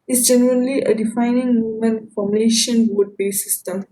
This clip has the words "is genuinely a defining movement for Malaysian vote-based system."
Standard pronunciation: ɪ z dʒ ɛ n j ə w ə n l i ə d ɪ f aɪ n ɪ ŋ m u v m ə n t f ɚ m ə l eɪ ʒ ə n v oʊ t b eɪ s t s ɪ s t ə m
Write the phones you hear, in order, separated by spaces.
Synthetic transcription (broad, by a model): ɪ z dʒ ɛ n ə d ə n l i ə d ɪ f aɪ n ɪ ŋ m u m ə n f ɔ m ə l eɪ ʃ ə n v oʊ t b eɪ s s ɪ s t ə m